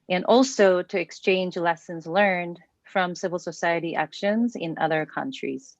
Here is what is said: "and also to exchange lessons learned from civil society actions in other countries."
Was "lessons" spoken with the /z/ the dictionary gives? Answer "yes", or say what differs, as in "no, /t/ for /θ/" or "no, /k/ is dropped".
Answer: yes